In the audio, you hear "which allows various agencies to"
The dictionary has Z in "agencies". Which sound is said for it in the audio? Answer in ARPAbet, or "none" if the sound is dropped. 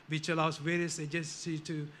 none